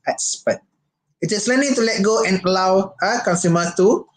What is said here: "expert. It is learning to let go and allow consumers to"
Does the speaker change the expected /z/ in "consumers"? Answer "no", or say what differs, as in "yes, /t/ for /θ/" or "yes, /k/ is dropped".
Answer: yes, /z/ is dropped